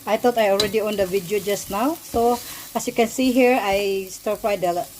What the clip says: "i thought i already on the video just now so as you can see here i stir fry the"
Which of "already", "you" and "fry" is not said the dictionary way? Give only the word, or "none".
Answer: fry